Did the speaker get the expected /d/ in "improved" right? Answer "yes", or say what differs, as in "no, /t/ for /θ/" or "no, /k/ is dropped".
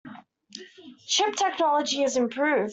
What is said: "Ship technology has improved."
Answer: no, /d/ is dropped